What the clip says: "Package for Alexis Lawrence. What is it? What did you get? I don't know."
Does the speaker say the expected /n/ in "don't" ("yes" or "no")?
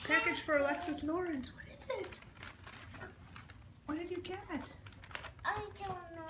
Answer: no